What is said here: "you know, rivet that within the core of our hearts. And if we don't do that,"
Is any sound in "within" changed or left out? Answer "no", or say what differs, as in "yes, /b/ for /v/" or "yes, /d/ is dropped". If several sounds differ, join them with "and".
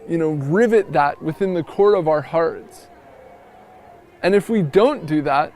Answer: no